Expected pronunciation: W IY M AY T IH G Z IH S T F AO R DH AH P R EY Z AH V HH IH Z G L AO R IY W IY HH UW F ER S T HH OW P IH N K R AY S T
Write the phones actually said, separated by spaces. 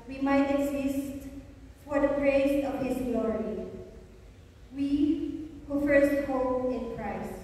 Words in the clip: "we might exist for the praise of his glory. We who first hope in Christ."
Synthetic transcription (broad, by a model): W IY M AY T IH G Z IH S T F AO R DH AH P R EY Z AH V HH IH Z G L AO R IY W IY HH UW F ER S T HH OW IH N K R AY S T